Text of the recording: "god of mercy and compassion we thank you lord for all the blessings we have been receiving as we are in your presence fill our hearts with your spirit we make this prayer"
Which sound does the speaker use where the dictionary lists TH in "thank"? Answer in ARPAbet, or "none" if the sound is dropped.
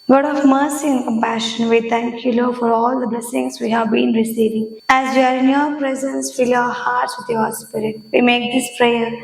T